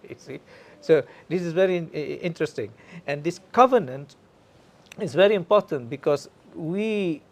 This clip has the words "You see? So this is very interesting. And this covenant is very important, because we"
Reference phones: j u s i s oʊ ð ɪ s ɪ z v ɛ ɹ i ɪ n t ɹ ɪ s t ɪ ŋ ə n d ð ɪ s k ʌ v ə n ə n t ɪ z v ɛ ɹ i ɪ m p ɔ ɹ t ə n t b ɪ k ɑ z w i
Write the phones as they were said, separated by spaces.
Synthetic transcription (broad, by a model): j s i s oʊ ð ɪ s ɪ z v ɛ ɹ i ɪ n t ɹ ɪ s t ɪ ŋ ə n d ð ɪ s k ʌ v ə n ə n t ɪ z v ɛ ɹ i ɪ m p ɔ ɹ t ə n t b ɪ k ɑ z w i